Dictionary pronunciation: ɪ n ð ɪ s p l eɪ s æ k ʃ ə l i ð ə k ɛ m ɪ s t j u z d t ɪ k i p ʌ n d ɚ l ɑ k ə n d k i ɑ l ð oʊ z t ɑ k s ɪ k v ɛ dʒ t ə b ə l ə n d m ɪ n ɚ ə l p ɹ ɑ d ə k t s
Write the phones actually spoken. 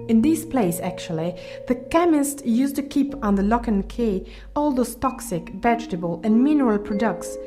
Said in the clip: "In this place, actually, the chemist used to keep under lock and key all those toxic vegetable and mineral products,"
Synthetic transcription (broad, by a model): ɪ n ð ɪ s p l eɪ s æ k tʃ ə l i ð ə k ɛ m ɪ s t j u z t ɪ k i p n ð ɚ l ɑ k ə n k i ɑ l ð oʊ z t ɑ k s ɪ k v ɛ dʒ t ə b ə l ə n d m ɪ n ɚ ə l p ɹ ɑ d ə k t s